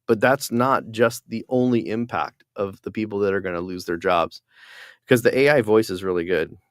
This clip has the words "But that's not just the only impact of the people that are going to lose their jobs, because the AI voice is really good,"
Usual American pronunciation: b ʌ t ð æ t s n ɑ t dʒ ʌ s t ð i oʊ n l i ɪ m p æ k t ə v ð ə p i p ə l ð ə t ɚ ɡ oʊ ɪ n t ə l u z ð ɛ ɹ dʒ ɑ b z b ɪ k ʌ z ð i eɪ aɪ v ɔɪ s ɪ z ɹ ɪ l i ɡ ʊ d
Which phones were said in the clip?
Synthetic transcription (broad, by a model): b ʌ t ð æ t s n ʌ t dʒ ʌ s t ð i oʊ n l i ɪ m p æ k t ə v ð ə p i p l ð ə t ɚ ɡ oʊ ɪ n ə l u z ð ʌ ɹ dʒ ɑ b z k ʌ z ð i eɪ aɪ v ɔɪ s ɪ z ɹ ɪ l i ɡ ʊ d